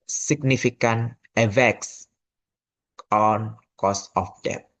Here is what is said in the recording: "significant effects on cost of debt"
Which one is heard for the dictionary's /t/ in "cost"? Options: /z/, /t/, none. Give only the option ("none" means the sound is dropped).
none